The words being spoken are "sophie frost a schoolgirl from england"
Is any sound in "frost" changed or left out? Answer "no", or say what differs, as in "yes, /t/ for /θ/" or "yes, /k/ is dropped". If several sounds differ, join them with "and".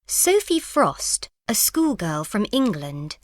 no